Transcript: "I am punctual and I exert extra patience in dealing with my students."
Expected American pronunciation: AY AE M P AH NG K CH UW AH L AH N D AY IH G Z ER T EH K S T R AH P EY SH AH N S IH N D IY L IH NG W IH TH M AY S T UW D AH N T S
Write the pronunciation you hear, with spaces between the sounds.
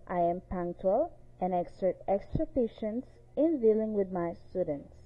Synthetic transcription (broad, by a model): AY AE M P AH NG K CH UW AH L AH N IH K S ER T EH K S T R AH F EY SH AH N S IH N D IY L IH NG W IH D M AY S T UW D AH N T S